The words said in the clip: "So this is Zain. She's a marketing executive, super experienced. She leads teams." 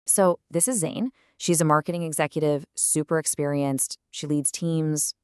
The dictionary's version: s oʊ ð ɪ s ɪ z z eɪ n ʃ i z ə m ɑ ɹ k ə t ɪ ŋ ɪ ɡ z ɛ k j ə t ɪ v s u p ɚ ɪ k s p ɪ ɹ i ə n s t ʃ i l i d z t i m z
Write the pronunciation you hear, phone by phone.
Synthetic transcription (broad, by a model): s oʊ ð ɪ s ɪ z z eɪ n ʃ i z ə m ɑ ɹ k ə t ɪ ŋ ɪ ɡ z ɛ k j ə t ɪ v s u p ɚ ɪ k s p ɪ ɹ i ə n s t ʃ i l i d z t i m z